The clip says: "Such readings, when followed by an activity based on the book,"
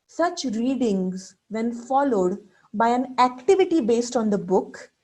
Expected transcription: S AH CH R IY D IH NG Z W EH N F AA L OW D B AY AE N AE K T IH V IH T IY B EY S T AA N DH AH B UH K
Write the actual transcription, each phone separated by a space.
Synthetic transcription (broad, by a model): S AH CH R IY D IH NG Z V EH N F AA L OW D B AY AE N AE K T IH V IH T IY B EY S T AA N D AH B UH K